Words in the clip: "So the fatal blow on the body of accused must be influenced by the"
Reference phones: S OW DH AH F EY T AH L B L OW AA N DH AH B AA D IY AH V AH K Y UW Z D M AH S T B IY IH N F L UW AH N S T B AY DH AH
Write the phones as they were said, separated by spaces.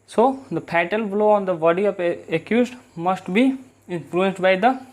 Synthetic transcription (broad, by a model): S OW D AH P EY T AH L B L OW AA N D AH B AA D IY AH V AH K Y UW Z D M AH S T B IY IH N F L UW AH N S T B AY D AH